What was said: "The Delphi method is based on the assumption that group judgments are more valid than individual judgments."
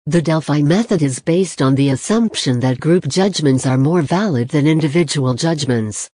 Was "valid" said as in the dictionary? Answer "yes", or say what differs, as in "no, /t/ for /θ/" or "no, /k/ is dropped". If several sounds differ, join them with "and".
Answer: yes